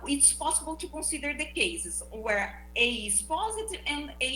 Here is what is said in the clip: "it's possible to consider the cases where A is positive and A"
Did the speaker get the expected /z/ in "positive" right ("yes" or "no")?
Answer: yes